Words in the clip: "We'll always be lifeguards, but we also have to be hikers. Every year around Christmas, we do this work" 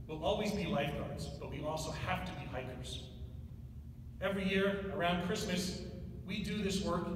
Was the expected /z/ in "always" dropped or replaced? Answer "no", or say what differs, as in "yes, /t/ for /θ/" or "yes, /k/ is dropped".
no